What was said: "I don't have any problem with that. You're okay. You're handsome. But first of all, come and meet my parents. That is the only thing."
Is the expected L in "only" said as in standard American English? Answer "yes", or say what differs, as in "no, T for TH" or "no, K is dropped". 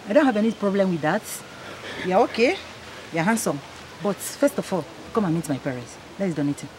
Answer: no, L is dropped